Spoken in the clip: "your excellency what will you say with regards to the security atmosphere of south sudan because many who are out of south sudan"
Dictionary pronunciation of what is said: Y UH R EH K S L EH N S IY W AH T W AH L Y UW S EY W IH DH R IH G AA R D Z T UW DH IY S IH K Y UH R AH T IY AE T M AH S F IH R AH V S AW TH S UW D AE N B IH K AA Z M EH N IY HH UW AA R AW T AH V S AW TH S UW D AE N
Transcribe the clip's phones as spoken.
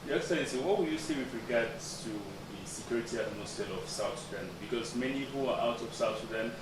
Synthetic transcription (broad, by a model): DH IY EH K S EH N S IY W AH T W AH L Y UW S EY W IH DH R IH G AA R D S T UW DH IY S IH K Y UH R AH T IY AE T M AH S IH L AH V S AW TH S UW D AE N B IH K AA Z M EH N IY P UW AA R AW T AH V S AW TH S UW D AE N